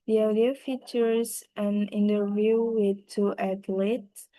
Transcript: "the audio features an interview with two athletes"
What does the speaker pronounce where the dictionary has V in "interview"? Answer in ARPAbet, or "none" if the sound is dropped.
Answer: V